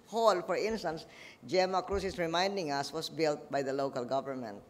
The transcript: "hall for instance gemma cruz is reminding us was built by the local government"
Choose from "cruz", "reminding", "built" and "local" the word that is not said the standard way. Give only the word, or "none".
cruz